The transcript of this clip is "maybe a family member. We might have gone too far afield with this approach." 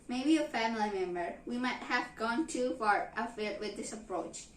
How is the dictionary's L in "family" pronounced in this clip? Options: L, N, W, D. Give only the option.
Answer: L